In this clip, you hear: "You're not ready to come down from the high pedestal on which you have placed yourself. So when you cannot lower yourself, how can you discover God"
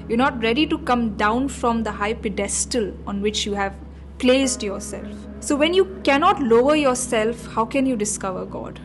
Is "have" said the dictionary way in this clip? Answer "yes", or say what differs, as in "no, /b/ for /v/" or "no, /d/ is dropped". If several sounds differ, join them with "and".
yes